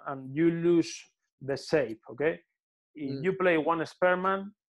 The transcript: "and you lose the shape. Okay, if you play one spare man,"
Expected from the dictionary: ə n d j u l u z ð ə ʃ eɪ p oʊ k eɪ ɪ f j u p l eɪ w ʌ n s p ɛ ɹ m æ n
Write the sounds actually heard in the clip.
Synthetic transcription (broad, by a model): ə n j u l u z ð ə s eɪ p oʊ k eɪ ɪ f j u p l eɪ w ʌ n s p ɛ ɹ m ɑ n